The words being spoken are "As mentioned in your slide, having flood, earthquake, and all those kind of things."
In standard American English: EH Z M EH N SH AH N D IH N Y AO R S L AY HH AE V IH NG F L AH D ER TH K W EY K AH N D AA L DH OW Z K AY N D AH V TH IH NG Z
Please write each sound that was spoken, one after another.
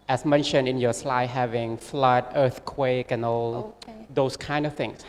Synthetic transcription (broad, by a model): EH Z M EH N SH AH N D IH N Y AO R S L AY HH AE V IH NG F L AH D ER TH K W EY K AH N AA L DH OW S K AY N D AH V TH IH NG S